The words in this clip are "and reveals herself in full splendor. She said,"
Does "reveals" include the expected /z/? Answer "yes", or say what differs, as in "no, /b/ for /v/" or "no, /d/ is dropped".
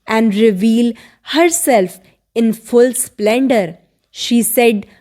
no, /z/ is dropped